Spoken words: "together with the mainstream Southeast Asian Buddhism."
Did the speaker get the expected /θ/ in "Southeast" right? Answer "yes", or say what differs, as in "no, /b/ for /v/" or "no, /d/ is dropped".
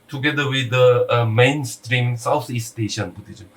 no, /t/ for /θ/